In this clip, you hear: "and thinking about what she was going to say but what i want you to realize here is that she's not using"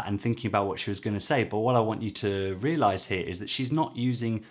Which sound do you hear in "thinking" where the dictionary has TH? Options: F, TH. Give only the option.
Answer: TH